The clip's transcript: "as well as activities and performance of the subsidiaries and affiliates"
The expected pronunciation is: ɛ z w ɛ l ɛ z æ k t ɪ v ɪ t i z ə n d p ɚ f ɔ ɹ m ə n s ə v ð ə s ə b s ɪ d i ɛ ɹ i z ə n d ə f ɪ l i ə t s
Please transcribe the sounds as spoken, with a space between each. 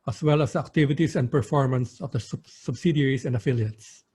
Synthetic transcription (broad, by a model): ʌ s w ɛ l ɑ s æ k t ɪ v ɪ t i s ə n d p ɚ f ɔ ɹ m ə n s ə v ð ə s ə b s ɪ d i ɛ ɹ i s ə n d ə f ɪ l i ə t s